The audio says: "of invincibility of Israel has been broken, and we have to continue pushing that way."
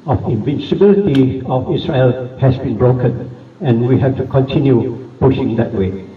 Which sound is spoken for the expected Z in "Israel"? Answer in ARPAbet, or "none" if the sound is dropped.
S